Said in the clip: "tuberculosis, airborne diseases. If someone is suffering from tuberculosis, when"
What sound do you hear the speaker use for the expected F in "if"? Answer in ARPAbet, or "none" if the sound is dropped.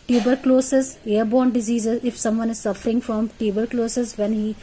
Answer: F